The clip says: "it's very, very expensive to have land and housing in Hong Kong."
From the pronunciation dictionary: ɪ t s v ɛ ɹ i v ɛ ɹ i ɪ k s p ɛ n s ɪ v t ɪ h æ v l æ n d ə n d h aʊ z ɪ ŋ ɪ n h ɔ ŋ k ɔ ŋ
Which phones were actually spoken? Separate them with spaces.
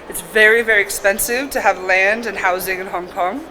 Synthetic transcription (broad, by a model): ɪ t s v ɛ ɹ i v ɛ ɹ i ɪ k s p ɛ n s ɪ v t ɪ v l æ n d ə n h aʊ z ɪ ŋ ɪ n h ɔ ŋ k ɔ ŋ